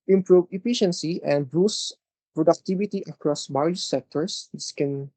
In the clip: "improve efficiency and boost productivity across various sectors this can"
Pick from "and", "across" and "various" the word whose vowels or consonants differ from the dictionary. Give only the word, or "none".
various